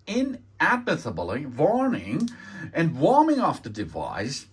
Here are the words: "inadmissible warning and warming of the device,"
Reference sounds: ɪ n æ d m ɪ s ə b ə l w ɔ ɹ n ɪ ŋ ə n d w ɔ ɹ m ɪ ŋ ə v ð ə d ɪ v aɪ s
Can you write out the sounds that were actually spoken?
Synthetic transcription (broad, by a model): ɪ n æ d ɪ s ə b l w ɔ ɹ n ɪ ŋ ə n w ɔ ɹ m ɪ ŋ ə f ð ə d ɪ v aɪ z